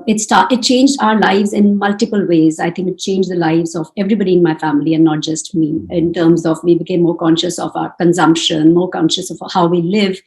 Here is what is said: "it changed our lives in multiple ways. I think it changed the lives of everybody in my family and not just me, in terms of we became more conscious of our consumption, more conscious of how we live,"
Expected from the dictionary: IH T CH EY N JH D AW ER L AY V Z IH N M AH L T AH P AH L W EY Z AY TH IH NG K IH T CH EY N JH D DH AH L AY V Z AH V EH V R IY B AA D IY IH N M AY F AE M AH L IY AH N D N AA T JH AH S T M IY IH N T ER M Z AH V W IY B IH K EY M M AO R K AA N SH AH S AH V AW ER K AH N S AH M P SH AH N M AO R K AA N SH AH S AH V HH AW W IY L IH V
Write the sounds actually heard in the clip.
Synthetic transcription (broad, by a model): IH T CH EY N JH D AW ER L AY V Z IH N M AH L T AH P AH L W EY Z AY T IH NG K IH T CH EY N JH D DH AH L AY V Z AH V EH V R IY B AA D IY IH N M AY F AE M AH L IY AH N N AA T JH AH S T M IY IH N T ER M Z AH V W IY B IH K EY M M AO R K AA N SH AH S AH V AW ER K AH N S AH M P SH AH N M AO R K AA N SH AH S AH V HH AW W IY L IH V